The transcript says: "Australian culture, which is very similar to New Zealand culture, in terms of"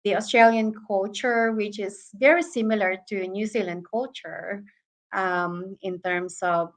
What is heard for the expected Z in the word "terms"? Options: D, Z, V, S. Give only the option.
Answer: S